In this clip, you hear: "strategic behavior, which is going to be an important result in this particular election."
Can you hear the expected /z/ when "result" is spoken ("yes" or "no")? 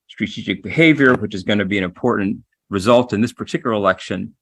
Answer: yes